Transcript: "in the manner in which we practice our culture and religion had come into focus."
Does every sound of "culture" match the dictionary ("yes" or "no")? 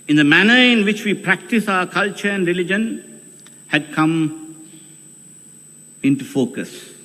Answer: yes